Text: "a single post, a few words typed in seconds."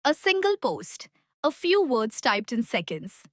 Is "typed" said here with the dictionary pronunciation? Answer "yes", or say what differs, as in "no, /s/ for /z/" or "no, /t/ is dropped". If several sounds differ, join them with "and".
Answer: yes